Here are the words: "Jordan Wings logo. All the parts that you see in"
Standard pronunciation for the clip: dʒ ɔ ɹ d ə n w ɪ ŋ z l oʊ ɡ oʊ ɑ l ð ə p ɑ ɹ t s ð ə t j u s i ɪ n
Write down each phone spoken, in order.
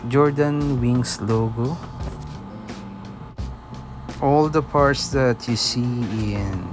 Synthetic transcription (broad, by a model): dʒ ɔ ɹ d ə n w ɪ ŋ s l oʊ ɡ oʊ ɑ l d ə p ɑ ɹ t s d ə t j u s i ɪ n